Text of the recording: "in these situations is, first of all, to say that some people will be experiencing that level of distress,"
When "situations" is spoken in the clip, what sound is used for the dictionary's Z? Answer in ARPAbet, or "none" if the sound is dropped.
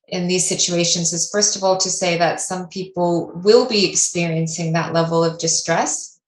Z